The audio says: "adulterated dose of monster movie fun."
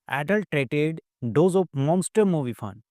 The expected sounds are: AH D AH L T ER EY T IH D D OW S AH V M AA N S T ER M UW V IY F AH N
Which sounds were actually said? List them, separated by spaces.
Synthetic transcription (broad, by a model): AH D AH L T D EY T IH D D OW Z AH P M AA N S T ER M UW V IY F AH N